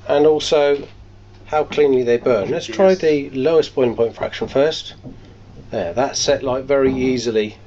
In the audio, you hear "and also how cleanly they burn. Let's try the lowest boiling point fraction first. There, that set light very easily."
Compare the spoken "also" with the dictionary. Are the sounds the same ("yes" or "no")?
yes